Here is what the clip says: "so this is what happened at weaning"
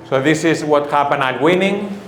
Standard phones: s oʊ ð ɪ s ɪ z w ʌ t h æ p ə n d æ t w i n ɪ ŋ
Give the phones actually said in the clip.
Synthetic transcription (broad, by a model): s oʊ ð ɪ s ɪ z w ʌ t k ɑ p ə n ɑ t w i n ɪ ŋ